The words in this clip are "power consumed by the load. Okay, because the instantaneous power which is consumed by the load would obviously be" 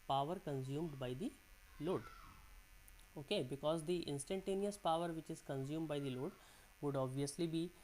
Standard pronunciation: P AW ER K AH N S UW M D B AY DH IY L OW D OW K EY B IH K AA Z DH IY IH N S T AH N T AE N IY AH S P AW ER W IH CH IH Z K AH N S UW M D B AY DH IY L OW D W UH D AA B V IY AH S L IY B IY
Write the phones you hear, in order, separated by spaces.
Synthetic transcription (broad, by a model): P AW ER K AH N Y UW M D B AY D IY L OW D OW K EY B IH K AA Z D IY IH N S T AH N T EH N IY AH S P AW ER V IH CH IH Z K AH N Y UW M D B AY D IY L OW D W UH D AA B V IY AH S L IY B IY